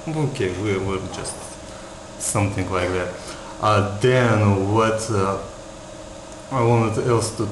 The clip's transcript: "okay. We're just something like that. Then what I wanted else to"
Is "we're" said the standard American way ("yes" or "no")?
no